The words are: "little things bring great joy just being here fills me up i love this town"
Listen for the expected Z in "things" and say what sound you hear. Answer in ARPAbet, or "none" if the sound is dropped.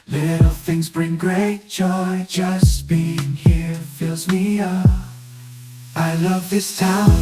Z